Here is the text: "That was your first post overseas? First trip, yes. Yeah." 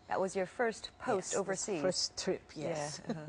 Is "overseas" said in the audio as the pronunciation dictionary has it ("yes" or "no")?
no